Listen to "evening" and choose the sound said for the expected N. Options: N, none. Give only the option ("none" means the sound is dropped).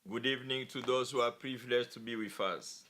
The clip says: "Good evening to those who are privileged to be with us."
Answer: N